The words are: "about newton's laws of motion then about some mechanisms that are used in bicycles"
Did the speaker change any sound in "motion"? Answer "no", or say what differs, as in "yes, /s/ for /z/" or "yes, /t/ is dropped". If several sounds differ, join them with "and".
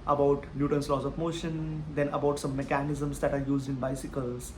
no